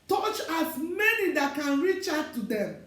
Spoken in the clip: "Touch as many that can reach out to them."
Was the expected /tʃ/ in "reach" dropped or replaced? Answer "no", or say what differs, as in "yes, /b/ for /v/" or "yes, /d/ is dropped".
no